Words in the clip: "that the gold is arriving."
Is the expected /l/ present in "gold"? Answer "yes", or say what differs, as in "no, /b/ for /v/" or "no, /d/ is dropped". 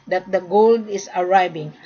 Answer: yes